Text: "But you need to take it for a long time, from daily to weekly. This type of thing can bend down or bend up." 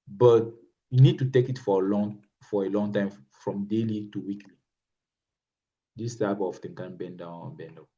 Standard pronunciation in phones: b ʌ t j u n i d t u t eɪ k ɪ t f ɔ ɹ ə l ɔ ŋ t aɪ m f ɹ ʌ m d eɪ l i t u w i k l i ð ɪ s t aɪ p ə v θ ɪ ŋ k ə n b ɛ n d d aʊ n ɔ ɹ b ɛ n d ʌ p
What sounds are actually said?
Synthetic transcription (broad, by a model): b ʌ t j u n i d t u t eɪ k ɪ t f ɔ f ə l ɔ ŋ t aɪ m f ɹ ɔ m d eɪ l i t u w i k l i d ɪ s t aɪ b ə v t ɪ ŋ k ə n b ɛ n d d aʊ n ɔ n b ɛ n d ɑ